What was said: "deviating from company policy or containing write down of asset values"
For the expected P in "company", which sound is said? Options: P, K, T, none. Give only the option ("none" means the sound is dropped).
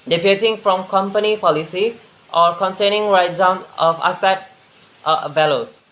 P